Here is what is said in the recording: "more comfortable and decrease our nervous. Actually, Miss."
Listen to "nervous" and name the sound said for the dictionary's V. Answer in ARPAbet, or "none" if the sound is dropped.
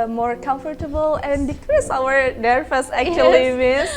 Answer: F